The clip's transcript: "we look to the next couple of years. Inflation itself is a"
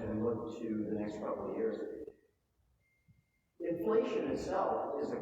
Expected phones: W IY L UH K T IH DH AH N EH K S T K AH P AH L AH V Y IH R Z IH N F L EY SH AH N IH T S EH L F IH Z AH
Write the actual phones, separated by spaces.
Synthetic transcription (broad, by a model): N L UH K T IH DH AH N EH K S T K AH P L Y IH R Z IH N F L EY SH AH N IH T S EH L F IH Z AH